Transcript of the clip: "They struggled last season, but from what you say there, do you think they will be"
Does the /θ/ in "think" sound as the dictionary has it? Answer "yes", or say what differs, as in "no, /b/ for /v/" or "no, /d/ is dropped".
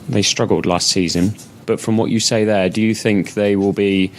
yes